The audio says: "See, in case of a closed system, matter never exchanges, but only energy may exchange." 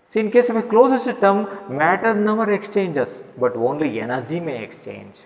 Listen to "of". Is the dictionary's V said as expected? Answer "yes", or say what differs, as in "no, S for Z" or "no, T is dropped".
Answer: no, B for V